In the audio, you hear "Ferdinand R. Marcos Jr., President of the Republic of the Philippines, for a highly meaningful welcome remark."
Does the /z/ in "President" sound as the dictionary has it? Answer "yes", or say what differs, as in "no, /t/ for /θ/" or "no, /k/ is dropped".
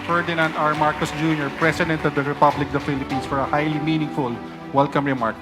no, /s/ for /z/